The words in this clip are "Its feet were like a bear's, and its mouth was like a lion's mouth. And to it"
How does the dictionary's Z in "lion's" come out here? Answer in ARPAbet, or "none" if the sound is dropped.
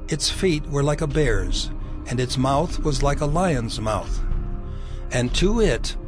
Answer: Z